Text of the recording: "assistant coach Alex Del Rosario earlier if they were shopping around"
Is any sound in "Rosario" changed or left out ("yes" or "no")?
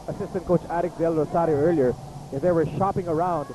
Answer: yes